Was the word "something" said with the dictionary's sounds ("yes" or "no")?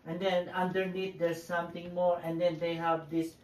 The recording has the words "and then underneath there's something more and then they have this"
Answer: no